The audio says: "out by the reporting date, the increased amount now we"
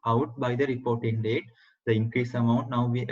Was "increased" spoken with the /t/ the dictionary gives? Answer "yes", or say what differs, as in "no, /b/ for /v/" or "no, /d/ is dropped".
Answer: no, /t/ is dropped